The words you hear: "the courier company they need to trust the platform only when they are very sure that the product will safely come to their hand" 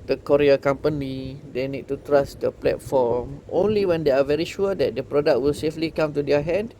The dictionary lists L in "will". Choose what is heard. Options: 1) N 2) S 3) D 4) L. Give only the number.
4